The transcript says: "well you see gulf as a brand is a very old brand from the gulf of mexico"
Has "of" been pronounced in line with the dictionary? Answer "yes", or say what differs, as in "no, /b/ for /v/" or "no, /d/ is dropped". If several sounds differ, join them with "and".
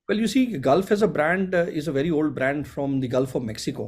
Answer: yes